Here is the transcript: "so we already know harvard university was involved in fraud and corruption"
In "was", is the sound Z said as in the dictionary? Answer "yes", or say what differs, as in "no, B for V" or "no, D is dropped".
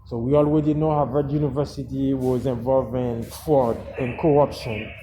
yes